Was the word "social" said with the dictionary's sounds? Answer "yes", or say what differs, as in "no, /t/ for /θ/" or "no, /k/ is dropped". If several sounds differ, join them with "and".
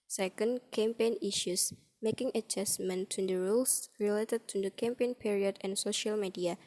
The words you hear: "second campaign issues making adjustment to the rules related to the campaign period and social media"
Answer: yes